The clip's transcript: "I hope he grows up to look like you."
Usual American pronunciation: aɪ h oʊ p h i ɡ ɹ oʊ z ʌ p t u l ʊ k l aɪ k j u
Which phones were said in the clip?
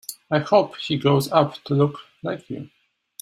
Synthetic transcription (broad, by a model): aɪ h oʊ p h i ɡ oʊ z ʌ p t u l ʊ k l aɪ k j u